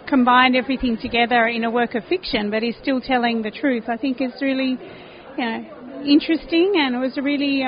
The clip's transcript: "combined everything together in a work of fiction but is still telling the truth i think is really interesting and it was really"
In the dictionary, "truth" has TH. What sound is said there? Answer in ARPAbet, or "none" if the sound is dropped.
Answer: TH